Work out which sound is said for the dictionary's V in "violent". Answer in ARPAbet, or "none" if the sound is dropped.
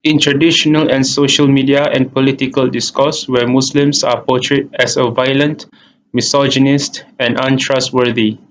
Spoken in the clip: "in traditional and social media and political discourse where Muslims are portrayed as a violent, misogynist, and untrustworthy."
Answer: V